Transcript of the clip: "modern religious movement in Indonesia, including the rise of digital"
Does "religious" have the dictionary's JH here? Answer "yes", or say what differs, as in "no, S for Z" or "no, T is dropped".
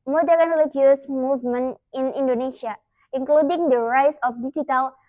no, JH is dropped